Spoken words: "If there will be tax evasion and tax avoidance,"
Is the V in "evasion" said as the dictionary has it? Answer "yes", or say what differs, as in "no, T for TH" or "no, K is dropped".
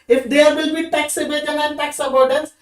no, B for V